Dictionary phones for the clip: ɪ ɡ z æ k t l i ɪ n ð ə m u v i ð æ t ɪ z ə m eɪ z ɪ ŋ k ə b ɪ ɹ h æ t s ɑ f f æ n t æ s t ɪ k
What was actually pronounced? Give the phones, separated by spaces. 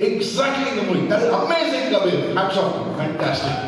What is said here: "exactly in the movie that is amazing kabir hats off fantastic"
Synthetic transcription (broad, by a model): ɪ ɡ z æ k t l i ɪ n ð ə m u i ð æ t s ə m eɪ z ɪ ŋ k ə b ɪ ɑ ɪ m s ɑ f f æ n t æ s t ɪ k